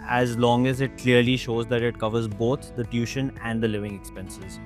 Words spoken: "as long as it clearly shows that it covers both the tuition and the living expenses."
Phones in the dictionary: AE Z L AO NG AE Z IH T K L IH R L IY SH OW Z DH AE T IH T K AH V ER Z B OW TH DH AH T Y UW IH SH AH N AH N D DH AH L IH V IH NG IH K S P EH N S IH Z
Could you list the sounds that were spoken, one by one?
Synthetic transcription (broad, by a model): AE Z L AO NG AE Z IH T K L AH R L IY SH OW Z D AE T IH T K AH V ER Z B OW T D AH T Y UW SH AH N AH N D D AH L IH V IH NG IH K S P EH N S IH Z